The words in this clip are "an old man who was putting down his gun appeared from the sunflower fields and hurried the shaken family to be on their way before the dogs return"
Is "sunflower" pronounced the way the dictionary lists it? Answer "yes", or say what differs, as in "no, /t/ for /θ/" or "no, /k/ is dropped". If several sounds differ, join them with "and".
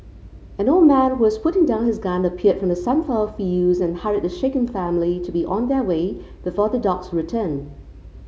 no, /l/ is dropped